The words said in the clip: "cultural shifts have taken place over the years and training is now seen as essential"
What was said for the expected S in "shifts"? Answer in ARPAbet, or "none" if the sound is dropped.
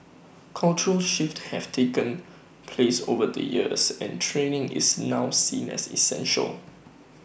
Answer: none